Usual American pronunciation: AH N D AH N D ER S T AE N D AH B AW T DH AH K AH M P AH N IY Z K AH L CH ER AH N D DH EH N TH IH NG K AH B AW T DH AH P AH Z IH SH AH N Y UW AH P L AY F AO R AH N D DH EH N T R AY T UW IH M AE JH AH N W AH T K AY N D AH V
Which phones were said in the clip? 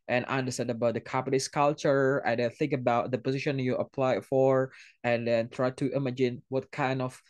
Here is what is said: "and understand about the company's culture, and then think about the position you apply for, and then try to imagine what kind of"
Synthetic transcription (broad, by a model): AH N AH N D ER S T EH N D AH B AW T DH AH K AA P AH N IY S K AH L CH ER AH N D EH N TH IH NG K AH B AW T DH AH P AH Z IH SH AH N Y UW AH P L AY F AO R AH N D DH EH N T R AY T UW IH M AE JH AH N W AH T K AY N D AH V